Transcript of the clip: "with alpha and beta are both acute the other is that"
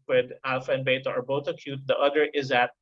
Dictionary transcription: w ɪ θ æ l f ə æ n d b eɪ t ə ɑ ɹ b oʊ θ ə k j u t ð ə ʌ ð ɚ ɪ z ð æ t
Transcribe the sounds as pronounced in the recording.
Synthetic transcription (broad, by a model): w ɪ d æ l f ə n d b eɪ t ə ɑ ɹ b oʊ t ə k j u t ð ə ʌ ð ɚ ɪ z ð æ t